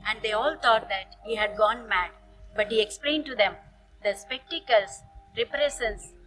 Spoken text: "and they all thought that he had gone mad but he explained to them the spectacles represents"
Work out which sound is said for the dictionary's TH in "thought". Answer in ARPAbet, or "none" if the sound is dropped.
T